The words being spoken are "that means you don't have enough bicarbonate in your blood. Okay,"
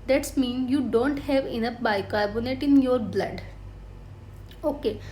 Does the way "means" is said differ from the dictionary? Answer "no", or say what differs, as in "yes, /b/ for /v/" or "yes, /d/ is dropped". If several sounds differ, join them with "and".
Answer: yes, /z/ is dropped